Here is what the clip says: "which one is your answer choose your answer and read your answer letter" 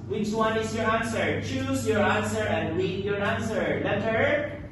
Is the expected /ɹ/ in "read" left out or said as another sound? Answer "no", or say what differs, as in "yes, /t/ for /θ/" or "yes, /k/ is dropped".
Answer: yes, /w/ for /ɹ/